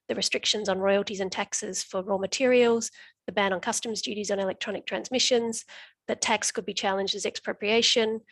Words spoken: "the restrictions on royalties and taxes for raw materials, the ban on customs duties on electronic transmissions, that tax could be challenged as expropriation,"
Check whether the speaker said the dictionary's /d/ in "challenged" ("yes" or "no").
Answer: yes